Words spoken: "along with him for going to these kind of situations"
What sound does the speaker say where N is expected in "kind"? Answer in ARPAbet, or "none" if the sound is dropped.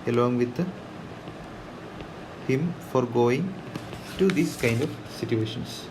N